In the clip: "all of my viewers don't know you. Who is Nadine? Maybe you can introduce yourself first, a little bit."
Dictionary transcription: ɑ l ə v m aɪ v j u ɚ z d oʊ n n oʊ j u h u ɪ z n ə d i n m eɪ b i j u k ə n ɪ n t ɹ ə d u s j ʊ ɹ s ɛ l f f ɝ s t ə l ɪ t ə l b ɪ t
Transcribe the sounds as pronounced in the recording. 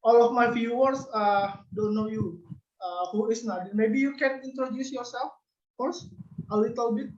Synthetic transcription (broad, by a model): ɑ l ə f m aɪ f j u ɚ s d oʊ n n oʊ j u h u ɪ s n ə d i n m eɪ b i j u k ə n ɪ n t ɹ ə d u s j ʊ ɹ s ɛ l f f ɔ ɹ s ə l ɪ t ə l b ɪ t